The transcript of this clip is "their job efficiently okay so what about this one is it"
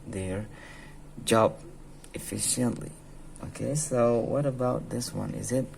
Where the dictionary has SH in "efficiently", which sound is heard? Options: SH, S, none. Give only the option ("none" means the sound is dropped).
SH